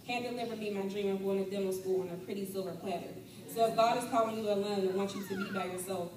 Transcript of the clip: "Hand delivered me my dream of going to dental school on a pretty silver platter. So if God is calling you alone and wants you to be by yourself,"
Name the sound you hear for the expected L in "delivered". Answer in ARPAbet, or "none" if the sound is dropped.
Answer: N